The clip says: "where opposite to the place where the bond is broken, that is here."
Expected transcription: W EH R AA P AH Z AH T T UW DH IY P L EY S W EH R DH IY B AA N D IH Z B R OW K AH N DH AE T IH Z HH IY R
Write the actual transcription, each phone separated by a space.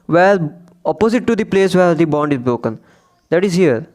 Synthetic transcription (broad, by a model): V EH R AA P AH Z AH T T UW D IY P L EY S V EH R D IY B AA N D IH Z B R OW K AH N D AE T IH Z HH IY R